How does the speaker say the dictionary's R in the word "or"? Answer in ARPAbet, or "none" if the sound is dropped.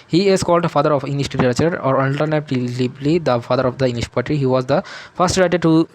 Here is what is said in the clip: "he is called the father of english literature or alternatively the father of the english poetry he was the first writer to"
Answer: R